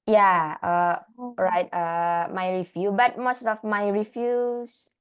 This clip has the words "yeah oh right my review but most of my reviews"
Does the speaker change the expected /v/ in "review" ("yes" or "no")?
yes